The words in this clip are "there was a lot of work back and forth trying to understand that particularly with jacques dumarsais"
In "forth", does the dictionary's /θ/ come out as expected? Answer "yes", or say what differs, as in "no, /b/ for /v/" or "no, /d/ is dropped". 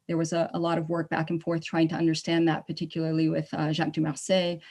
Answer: yes